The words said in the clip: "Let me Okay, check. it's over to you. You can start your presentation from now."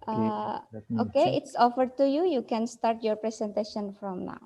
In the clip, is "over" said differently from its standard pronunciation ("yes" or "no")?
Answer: yes